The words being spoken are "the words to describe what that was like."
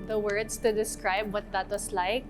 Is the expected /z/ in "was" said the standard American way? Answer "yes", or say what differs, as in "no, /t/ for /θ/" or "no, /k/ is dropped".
no, /s/ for /z/